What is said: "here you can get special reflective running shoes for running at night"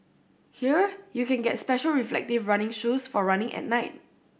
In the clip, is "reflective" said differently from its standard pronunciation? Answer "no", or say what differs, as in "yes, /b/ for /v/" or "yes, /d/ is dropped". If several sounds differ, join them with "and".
no